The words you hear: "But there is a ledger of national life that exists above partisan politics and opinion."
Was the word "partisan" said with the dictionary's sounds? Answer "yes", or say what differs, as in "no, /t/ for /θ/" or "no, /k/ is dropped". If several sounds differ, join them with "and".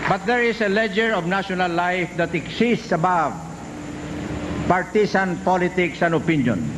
no, /s/ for /z/